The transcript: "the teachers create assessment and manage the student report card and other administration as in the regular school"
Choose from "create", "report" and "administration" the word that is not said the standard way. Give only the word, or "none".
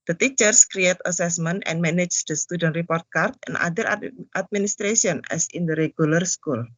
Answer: administration